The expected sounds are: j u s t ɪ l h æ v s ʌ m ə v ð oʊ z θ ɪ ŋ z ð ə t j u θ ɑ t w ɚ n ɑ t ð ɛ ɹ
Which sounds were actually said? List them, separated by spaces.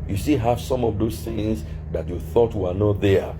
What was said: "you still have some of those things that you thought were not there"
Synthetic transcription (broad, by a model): j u s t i h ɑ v s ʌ m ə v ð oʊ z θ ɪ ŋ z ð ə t j u θ ɑ t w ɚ n ɑ t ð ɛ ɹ